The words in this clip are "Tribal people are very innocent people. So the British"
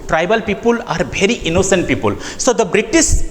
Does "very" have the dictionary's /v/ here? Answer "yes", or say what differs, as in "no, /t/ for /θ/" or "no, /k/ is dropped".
no, /b/ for /v/